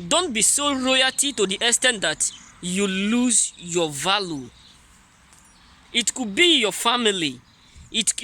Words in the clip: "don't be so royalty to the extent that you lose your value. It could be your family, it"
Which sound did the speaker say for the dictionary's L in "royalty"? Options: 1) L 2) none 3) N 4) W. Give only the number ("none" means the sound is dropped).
2